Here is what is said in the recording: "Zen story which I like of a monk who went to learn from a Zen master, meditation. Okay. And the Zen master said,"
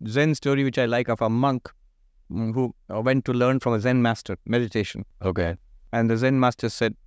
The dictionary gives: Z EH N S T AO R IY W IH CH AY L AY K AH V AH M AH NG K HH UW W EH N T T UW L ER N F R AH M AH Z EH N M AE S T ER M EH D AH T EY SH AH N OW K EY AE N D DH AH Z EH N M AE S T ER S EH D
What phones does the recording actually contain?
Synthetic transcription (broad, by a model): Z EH N S T AO R IY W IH CH AY L AY K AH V AH M AH NG K HH UW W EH N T T UW L ER N F R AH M AH Z EH N M AE S T ER M EH D AH T EY SH AH N OW K EY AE N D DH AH Z EH N M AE S T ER S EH D